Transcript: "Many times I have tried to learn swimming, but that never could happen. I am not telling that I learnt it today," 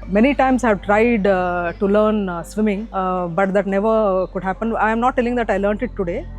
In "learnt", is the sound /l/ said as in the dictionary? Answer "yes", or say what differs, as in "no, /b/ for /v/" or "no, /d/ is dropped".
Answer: yes